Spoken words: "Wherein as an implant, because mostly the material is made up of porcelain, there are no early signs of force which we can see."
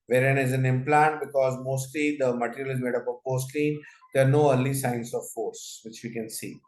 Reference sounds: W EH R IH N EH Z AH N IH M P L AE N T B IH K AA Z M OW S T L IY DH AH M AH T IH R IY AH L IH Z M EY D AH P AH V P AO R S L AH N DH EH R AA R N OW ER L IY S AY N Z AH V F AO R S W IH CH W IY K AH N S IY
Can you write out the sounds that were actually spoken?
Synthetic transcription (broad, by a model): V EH R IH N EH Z AH N IH M P L AE N T B IH K AA Z M OW S T L IY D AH M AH T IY R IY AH L IH Z M EY D AH P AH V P AO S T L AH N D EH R AA R N OW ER L IY S AY N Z AH V F AO R S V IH CH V IY K AH N S IY